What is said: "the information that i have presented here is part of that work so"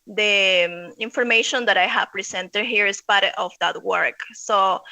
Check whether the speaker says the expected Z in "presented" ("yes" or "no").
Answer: no